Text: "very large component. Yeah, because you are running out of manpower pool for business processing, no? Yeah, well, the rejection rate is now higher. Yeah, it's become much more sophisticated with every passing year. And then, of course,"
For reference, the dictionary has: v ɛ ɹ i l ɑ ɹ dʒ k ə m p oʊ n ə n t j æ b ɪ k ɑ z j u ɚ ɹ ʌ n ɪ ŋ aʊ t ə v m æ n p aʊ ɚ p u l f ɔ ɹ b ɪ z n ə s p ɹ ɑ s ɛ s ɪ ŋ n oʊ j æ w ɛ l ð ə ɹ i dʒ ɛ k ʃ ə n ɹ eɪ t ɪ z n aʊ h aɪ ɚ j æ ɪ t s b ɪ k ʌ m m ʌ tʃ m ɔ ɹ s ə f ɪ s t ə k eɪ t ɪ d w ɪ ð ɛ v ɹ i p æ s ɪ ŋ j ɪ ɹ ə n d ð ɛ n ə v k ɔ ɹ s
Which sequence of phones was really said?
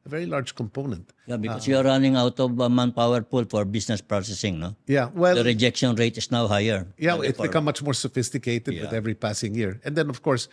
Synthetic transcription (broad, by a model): v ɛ ɹ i l ɑ ɹ dʒ k ə m p oʊ n ə n t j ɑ b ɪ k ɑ s j u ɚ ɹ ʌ n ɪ ŋ aʊ t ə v m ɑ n p aʊ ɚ p u l f ɔ ɹ b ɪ s n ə s p ɹ ɑ s ɛ s ɪ ŋ n oʊ j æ w ɛ l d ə ɹ i dʒ ɛ k ʃ ə n ɹ eɪ t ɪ s n aʊ h aɪ ɚ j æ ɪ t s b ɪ k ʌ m m ʌ tʃ m ɔ ɹ s ə f ɪ s t ə k eɪ t ɪ d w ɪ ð ɛ v ɹ i p æ s ɪ ŋ j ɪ ɹ ə n d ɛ n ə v k ɔ ɹ s